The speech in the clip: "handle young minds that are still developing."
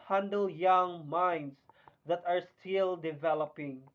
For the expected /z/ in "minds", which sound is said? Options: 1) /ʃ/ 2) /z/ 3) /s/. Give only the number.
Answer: 3